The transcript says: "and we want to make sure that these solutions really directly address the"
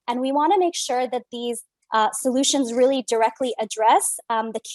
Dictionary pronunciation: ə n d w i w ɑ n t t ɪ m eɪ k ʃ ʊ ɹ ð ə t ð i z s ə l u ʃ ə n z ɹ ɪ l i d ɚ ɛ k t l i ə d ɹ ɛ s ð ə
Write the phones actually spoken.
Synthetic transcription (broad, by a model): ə n w i w ɑ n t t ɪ m eɪ k ʃ ʊ ɹ ð ə t ð i z s ə l u ʃ ə n z ɹ ɪ l i d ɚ ɛ k t l i ə d ɹ ɛ s ð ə